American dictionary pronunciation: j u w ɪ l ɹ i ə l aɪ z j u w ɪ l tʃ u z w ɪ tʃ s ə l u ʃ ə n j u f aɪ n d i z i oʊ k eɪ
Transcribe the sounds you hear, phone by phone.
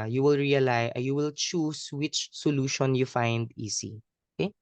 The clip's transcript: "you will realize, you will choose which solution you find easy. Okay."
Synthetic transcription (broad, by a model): j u w ɪ l ɹ i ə l aɪ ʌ j u w ɪ l tʃ u s w ɪ tʃ s ə l u ʃ ə n j u f aɪ n d i s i oʊ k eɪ